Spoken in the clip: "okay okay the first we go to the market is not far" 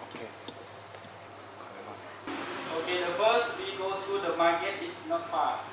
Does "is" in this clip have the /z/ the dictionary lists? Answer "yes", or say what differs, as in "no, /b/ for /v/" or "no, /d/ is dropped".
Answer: no, /s/ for /z/